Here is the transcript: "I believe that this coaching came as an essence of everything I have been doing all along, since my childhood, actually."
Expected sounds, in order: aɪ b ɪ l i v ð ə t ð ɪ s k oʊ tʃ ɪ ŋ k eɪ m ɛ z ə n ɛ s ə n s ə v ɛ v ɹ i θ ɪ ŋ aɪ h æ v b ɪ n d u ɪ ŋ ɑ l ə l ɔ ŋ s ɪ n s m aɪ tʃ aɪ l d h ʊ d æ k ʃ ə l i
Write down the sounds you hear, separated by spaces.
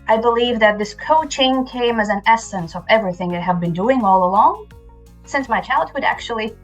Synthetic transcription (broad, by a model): aɪ b ɪ l i v ð ə t ð ɪ s k oʊ tʃ ɪ ŋ k eɪ m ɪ z ə n ɛ s ə n s ə v ɛ v ɹ i θ ɪ ŋ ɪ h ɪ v b ɪ n d u ɪ ŋ ɑ l ə l ɔ ŋ s ɪ n s m aɪ tʃ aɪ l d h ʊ d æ k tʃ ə l i